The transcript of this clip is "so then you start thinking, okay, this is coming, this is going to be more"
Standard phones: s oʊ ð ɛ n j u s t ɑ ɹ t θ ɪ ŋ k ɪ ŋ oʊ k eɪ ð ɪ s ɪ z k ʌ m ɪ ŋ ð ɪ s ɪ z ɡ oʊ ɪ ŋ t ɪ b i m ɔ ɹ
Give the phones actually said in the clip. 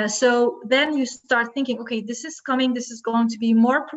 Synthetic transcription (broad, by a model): s oʊ ð ɛ n j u s t ɑ ɹ t θ ɪ ŋ k ɪ ŋ oʊ k eɪ ð ɪ s ɪ z k ʌ m ɪ ŋ ð ɪ s ɪ z ɡ oʊ ɪ ŋ t ɪ b i m ɔ ɹ